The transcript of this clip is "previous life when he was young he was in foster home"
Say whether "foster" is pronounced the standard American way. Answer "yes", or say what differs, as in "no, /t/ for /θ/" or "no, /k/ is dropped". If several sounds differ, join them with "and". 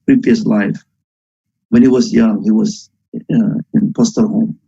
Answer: no, /p/ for /f/